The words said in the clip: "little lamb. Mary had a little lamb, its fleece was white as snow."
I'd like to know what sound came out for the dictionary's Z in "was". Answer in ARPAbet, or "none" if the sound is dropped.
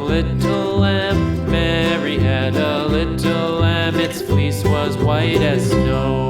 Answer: Z